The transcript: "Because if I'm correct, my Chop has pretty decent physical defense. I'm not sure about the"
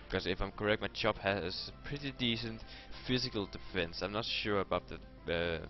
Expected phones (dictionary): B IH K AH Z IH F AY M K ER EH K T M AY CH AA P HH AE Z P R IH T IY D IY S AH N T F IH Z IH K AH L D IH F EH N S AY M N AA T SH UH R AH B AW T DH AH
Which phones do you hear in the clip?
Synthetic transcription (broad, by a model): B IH K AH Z IH F AY M K ER EH K T M AY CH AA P HH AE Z P R IH T IY D IY S AH N T F IH Z IH K AH L D IH F EH N S AY M N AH T SH UH R AH B AW T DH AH